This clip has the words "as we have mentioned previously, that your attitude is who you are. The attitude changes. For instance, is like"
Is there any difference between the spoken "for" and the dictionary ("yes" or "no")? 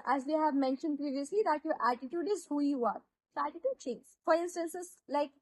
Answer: no